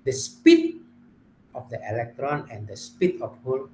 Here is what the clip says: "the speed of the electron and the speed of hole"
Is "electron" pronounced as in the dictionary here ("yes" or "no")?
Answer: yes